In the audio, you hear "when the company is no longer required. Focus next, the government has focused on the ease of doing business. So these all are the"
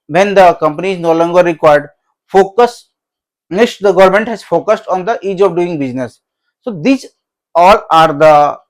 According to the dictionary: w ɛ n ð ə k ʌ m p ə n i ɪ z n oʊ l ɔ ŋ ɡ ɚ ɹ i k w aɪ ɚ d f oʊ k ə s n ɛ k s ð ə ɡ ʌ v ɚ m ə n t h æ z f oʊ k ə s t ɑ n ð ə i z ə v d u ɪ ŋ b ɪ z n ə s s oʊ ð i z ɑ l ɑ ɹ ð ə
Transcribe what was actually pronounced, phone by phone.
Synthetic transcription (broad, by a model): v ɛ n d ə k ʌ m p ə n i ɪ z n oʊ l ɔ ŋ ɡ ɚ ɹ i k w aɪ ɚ d f oʊ k ə s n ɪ s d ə ɡ ʌ v ɚ m ə n t h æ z f oʊ k ə s t ɑ n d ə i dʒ ə v d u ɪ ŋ b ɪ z n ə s s oʊ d i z ɑ l ɑ ɹ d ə